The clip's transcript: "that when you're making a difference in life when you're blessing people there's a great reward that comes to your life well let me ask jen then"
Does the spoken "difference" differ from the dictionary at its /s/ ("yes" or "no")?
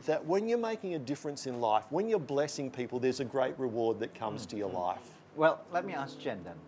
no